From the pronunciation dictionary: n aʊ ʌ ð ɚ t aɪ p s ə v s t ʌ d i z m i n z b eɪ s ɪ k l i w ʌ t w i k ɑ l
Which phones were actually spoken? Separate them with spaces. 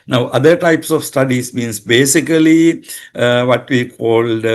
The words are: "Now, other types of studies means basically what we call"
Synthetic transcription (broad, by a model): n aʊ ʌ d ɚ t aɪ p s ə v s t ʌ d i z m i n s b eɪ s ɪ k l i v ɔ t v i k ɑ l